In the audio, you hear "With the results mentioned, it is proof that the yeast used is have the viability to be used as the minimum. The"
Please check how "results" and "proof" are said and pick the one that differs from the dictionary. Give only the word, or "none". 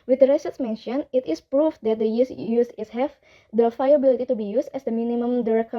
results